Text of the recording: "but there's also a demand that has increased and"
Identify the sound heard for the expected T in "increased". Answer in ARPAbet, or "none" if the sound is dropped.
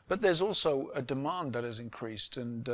T